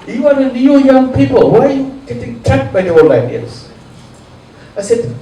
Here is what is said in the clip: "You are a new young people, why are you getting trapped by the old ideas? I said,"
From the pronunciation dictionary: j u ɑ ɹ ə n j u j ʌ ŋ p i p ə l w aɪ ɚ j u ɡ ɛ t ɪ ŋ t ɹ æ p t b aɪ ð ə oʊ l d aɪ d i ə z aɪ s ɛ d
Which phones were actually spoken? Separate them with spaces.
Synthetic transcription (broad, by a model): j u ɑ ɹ ə n j u j ʌ ŋ p i p ə l w aɪ j u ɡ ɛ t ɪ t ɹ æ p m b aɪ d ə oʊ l aɪ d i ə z aɪ s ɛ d